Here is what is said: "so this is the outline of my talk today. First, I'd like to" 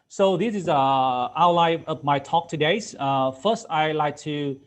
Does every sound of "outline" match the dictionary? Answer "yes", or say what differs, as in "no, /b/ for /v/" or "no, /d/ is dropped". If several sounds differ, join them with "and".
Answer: no, /n/ is dropped